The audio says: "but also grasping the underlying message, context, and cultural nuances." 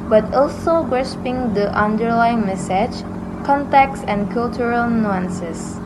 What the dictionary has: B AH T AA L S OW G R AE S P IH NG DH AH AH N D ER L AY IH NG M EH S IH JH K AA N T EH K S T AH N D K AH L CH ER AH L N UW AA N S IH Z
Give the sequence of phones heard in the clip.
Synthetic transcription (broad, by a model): B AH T AA L S OW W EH SH P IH NG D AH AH N D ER L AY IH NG M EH S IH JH K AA N T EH K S AH N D K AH L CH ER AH L N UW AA N S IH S